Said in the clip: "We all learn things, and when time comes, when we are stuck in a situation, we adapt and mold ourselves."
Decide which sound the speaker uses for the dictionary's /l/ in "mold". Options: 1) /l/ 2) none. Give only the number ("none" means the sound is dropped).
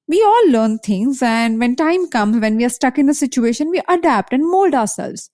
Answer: 1